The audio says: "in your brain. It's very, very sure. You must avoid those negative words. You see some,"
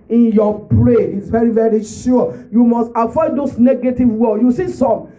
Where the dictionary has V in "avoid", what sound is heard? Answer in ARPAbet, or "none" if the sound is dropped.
F